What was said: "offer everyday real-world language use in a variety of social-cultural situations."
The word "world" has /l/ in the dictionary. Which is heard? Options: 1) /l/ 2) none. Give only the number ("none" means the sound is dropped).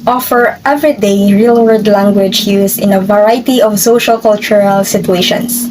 2